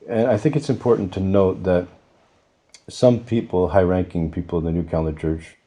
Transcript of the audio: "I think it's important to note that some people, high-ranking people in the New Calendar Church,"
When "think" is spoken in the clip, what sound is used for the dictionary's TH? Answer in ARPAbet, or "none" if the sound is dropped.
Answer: TH